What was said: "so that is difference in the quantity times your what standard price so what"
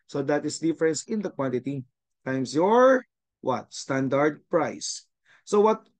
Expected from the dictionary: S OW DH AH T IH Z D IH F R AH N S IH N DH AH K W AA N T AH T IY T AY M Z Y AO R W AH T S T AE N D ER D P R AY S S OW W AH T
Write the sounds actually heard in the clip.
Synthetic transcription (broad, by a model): S OW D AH T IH S D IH F R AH N S IH N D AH K W AA N T AH T IY T AY M S Y AO R W AH T S T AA N D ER D P R AY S S OW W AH T